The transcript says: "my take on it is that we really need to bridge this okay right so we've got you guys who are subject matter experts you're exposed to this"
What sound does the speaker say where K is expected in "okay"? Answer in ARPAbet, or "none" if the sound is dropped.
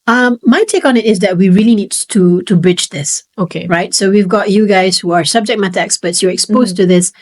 K